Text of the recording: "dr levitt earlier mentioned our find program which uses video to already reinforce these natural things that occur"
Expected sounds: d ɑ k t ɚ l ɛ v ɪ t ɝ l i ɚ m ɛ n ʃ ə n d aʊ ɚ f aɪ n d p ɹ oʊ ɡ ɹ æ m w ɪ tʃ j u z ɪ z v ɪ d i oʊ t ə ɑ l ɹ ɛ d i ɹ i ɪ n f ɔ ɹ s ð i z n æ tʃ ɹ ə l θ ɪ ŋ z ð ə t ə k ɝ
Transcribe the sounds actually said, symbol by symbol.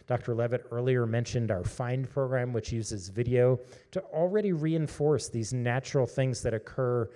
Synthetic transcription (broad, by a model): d ɑ k t ɚ l ɛ v ɪ t ɝ l i ɚ m ɛ n ʃ ə n d aʊ ɚ f aɪ n d p ɹ oʊ ɡ ɹ æ m w ɪ tʃ j u z ɪ z v ɪ d i oʊ t ə l ɹ ɛ d i ɹ i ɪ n f ɔ ɹ s ð i z n æ tʃ ɹ l θ ɪ ŋ z ð ə t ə k ɝ